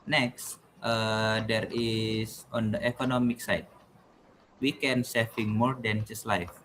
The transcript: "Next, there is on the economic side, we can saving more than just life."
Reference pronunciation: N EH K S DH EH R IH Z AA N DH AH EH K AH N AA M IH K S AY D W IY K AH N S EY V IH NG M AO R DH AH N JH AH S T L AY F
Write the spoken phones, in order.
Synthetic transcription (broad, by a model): N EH K S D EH R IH S AA N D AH EH K AH N AA M IH K S AY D W IY K AH N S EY F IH NG M AO R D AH N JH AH S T L AY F